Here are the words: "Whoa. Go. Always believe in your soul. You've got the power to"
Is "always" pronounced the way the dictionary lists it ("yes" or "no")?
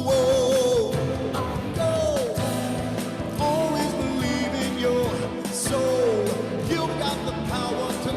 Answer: yes